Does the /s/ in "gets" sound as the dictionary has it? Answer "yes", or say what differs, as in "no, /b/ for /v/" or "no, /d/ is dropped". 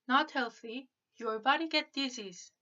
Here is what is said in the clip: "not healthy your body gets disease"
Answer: no, /s/ is dropped